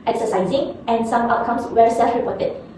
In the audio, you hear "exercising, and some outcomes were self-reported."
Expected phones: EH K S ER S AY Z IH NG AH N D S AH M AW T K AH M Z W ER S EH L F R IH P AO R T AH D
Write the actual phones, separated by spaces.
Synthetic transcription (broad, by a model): EH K S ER S AY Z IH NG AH N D S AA M AW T K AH M S W ER S EH L F R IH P AO T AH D